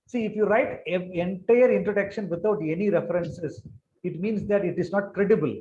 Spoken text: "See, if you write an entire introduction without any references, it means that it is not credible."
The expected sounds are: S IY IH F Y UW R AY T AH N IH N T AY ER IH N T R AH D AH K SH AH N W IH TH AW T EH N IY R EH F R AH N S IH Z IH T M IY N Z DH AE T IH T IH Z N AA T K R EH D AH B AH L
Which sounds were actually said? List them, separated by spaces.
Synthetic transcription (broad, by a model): S IY IH F Y UW R AY T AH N N T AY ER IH N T R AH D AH K SH AH N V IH T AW T EH N IY R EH F R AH N S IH S IH T M IY N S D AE T IH T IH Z N AA T K R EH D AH B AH L